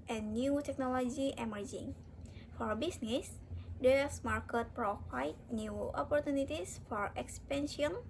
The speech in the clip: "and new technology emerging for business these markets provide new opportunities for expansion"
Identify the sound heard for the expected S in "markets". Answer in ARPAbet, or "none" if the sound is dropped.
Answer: none